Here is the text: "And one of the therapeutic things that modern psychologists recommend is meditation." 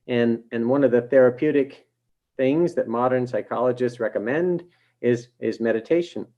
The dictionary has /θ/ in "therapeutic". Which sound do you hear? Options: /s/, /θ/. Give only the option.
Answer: /θ/